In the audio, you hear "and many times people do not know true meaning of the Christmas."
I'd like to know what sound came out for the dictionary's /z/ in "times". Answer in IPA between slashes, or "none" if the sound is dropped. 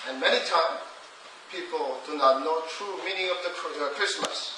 none